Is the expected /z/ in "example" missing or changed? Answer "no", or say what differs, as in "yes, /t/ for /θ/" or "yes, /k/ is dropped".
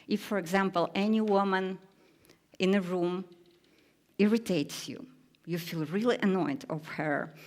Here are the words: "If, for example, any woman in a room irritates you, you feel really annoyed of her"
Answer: no